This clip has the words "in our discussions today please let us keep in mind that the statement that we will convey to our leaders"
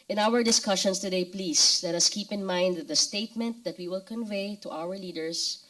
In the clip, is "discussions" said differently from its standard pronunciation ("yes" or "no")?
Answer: yes